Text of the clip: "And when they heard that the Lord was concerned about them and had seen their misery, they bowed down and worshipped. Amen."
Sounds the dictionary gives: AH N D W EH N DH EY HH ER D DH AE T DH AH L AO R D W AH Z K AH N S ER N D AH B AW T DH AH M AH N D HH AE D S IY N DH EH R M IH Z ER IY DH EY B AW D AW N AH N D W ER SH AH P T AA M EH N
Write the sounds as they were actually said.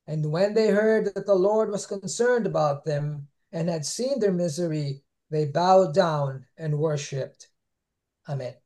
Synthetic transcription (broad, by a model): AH N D W EH N DH EY HH ER D DH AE T DH AH L AO R D W AH Z K AH N S ER N D AH B AW T DH AH M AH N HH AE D S IY N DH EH R M IH Z ER IY DH EY B AW D AW N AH N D W ER SH AH P T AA M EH N